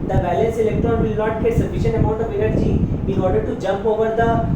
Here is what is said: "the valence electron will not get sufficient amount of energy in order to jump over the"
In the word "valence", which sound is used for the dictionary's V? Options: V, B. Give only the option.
B